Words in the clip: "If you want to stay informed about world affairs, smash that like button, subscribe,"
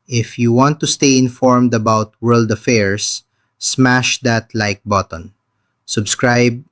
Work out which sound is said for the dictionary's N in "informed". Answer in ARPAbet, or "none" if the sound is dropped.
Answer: N